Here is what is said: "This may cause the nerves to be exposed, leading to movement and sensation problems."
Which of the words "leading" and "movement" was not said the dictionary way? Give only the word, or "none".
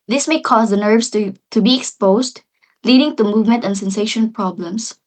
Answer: none